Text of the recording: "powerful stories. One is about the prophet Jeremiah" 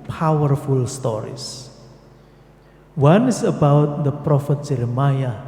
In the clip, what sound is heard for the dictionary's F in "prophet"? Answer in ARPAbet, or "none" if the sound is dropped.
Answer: F